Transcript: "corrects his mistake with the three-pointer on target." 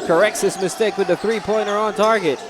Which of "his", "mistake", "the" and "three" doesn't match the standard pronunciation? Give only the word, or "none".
his